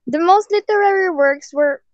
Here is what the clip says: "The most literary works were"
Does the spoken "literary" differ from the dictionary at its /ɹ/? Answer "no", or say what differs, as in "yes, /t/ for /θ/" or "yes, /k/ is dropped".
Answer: no